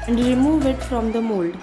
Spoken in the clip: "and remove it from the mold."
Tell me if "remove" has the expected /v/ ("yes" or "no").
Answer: yes